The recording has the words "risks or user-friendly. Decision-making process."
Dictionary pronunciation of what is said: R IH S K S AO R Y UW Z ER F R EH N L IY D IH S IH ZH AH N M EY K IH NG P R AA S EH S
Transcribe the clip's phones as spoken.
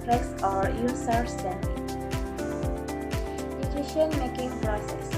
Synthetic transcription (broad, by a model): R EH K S AO R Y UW S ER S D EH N IY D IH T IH SH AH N M EY K IH NG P R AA S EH S